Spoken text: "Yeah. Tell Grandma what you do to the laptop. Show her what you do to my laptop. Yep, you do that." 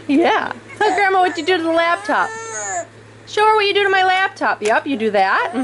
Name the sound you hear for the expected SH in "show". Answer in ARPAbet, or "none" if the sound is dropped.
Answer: SH